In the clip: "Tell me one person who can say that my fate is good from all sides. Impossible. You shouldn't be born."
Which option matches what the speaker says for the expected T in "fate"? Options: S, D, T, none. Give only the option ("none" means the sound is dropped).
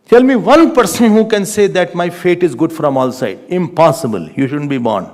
T